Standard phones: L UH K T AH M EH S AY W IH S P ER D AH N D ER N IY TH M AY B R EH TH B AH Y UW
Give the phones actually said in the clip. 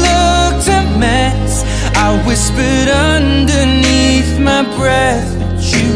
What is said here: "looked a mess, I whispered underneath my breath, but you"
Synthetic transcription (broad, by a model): L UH K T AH M EH S AY W IH S P ER D AH N D ER N IY TH M AY B R EH TH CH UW